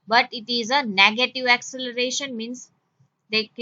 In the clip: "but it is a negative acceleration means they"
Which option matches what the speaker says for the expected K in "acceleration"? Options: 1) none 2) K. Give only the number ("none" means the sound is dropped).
2